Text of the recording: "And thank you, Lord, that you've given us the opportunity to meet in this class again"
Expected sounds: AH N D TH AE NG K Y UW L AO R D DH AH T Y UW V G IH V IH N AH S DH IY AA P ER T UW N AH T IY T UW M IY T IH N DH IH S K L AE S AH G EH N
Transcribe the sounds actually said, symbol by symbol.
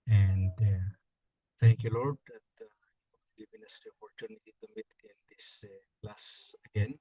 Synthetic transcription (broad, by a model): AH N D T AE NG K Y UW L AO R D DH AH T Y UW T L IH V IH N AH S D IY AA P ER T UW N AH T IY T UW M IY T IH N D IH S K L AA S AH G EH N